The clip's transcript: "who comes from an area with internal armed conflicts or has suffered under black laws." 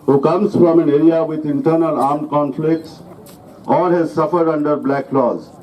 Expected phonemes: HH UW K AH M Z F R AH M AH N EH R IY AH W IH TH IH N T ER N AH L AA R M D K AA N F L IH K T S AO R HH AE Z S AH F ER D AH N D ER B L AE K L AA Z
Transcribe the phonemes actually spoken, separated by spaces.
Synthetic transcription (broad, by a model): HH UW K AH M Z F R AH M AH N EH R IY AH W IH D IH N T ER N AH L AA R M D K AA N F L IH K T S AO R HH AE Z S AH F ER D AH N D ER B L AE K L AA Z